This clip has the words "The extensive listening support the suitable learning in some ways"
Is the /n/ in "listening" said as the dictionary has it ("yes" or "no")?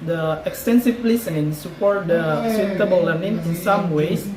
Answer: no